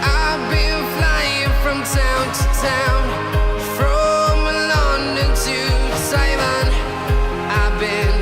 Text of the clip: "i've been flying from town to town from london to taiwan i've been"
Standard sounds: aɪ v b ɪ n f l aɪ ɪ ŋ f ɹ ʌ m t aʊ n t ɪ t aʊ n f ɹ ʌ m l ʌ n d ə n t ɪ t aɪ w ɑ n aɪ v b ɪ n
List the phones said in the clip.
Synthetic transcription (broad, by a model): aɪ b ɪ n f l aɪ ɪ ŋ f ɹ ʌ m t aʊ n t ɪ t aʊ n f ɹ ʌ m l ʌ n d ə t ɪ s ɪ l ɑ n aɪ b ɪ n